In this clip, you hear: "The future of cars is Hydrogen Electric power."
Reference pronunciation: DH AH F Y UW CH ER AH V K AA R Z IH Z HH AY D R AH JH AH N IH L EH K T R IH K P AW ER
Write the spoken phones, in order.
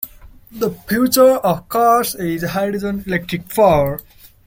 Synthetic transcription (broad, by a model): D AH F Y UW CH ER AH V K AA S IH Z HH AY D AH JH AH N IH L EH K T R IH K F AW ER